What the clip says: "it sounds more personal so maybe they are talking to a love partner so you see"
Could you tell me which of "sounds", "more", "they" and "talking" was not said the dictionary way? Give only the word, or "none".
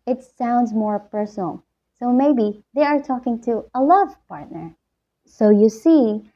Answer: none